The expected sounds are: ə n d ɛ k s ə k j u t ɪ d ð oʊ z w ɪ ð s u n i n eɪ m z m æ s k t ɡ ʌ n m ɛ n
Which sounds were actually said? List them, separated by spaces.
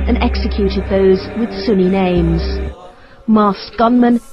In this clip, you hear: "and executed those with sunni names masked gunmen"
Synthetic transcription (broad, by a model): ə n ɛ k s ə k j u t ɪ d ð oʊ z w ɪ ð s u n i n eɪ m z m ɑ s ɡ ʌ n m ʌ n